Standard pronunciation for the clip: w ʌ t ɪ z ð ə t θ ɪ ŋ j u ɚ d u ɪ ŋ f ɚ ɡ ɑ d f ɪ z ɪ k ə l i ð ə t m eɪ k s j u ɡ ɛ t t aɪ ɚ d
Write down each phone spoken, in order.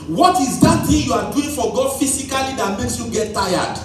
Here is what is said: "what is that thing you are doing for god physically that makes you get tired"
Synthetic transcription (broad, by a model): w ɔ t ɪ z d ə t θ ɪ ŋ j u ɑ d u ɪ ŋ f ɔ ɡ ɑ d f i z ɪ k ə l i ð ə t m eɪ k s j u ɡ ɛ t t aɪ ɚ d